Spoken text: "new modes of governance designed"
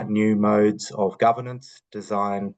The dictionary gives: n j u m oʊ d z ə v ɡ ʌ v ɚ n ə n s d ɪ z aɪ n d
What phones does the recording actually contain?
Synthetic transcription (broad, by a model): n j u m oʊ d z ə v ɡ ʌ v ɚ n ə n s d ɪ z aɪ n